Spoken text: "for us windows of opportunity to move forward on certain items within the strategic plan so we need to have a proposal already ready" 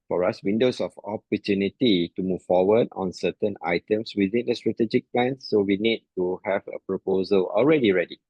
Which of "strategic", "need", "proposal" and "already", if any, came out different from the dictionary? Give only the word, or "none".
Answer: none